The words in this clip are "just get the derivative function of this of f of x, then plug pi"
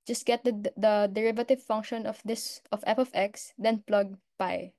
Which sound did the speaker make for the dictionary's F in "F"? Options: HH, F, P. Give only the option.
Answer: P